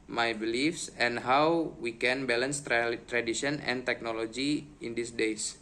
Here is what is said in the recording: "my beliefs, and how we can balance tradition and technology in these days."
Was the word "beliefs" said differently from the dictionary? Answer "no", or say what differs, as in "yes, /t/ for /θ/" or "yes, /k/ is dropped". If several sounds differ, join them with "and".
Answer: no